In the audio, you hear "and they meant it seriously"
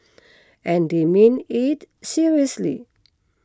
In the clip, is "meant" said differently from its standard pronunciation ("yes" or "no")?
yes